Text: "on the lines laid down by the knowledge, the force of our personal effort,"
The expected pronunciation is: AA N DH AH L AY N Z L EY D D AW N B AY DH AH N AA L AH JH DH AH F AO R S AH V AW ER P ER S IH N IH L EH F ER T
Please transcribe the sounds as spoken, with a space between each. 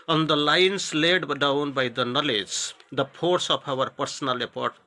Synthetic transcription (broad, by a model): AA N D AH L AY N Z L EY D D AW N B AY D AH N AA L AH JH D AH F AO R S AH P AW ER P ER S IH N IH L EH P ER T